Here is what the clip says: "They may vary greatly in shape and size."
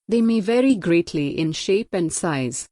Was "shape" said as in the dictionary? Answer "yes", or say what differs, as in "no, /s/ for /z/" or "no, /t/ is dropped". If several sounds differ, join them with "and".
yes